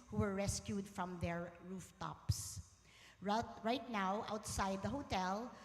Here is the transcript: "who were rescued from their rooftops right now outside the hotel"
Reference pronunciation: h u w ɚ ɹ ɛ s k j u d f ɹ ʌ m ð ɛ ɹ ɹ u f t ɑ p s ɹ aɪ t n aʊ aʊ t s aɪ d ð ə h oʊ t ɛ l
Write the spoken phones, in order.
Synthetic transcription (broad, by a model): h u w ɚ ɹ ɛ s k j u d f ɹ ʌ m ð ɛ ɹ ɹ u f t ɑ p s ɹ aɪ t n aʊ aʊ t s aɪ d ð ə h oʊ t ɛ l